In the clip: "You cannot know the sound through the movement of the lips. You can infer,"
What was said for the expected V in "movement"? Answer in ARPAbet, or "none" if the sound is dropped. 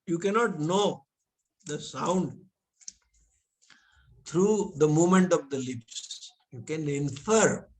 none